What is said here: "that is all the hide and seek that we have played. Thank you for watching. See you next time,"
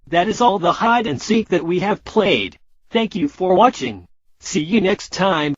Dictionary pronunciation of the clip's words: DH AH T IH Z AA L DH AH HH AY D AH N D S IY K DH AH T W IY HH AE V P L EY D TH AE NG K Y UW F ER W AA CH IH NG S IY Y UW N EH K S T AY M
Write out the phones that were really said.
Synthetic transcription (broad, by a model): DH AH T IH Z AA L DH AH HH AY D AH N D S IY K DH AH T W IY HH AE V P L EY D TH AE NG K Y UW F ER W AA CH IH NG S IY Y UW N EH K S T AY M